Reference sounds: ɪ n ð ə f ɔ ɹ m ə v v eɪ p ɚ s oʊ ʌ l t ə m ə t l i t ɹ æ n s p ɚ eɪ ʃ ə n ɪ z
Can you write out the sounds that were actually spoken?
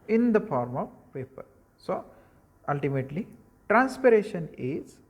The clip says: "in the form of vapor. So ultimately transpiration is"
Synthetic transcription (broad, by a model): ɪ n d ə f ɔ ɹ m ə v p eɪ p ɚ s oʊ ʌ l t ə m ə t l i t ɹ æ n s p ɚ eɪ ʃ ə n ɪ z